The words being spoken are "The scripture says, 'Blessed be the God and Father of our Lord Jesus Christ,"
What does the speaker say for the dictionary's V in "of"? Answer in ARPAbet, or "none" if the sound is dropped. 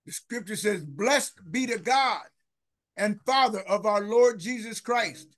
V